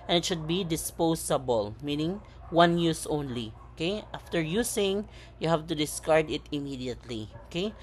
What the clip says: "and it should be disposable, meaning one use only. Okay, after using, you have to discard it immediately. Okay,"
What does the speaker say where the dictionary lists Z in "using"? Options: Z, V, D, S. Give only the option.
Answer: S